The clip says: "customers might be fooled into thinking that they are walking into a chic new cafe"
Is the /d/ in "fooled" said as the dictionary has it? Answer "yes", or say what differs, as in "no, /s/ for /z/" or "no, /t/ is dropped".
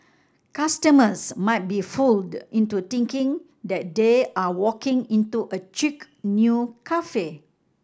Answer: yes